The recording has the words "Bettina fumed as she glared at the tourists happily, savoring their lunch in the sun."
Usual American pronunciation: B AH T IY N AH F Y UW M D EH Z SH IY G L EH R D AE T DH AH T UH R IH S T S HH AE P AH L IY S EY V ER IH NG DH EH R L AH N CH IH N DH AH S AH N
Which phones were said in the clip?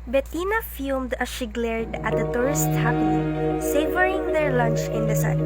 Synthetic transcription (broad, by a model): B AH T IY N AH F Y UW M D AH SH IY G L EH R D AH T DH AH T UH R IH S T HH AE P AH N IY S EY V ER IH NG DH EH R L AH N CH IH N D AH S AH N